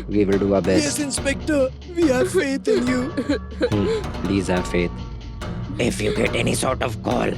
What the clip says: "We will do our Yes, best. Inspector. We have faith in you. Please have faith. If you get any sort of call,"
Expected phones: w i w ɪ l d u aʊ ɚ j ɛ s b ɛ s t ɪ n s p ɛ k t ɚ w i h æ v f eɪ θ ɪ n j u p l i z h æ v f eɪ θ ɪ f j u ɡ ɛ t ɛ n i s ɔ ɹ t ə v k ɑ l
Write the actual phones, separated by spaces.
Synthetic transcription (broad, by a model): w i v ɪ l d u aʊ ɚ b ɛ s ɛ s ɪ n s p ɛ k t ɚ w i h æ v f eɪ t ɪ n j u p l i z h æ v f eɪ t ɪ f j u ɡ ɛ t ɛ n i s ɔ ɹ t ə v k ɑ l